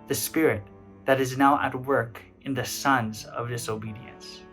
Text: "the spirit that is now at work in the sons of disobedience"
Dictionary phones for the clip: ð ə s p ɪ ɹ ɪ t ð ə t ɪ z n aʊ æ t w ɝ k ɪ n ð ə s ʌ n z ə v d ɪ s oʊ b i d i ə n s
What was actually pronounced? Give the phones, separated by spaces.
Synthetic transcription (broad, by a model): ð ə s p ɪ ɹ ɪ t ð ə t ɪ z n aʊ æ t w ɝ k ɪ n ð ə s ʌ n z ə v d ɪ s oʊ b i d i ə n s